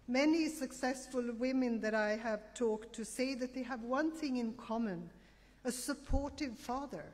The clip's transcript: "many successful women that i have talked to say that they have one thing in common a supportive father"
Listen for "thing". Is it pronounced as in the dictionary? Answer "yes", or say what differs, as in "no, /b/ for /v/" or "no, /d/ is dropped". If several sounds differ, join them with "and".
yes